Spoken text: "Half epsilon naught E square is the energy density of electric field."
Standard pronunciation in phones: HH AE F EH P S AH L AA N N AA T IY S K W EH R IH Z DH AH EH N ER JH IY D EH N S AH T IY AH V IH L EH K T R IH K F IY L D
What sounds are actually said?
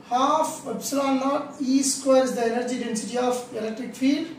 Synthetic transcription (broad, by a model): HH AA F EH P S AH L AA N N AA T IY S K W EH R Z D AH EH N ER JH IY D EH N S AH T IY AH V IH L EH K T R IH K F IY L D